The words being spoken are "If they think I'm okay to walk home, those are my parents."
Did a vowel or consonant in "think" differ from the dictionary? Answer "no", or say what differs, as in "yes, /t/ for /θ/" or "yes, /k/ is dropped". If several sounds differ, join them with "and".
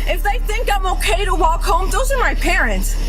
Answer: no